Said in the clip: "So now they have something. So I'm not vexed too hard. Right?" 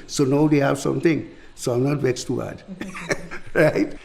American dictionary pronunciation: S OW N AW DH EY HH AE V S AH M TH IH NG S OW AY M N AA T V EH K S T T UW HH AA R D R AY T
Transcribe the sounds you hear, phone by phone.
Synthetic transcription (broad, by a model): S OW N AW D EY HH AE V S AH M T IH NG S OW AY M N AA T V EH S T T UW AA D R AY T